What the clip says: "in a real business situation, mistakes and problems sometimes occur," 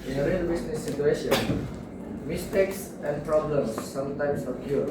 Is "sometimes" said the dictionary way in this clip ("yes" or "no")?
no